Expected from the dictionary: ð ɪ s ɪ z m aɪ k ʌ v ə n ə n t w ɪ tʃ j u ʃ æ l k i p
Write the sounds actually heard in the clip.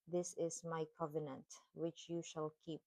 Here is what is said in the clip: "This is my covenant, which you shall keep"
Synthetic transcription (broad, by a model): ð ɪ s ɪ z m aɪ k ʌ v ə n ə n t w ɪ tʃ j u ʃ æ l k i p